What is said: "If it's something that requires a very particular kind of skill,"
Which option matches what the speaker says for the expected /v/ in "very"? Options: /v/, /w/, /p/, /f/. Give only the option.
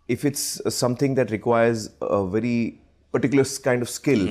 /v/